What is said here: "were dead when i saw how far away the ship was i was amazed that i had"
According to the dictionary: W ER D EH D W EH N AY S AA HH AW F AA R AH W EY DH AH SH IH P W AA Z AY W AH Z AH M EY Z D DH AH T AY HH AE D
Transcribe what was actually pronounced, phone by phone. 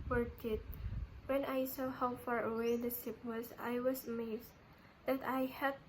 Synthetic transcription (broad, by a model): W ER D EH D W EH N AY S AA HH AW F AA R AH W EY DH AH S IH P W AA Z AY W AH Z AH M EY S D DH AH T AY HH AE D